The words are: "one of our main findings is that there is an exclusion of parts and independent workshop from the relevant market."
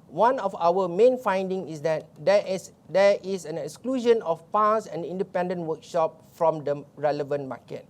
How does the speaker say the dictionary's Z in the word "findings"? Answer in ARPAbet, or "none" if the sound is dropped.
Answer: none